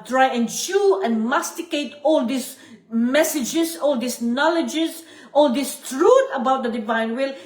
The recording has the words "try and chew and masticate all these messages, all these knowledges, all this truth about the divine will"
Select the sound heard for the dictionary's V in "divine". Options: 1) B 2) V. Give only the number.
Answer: 2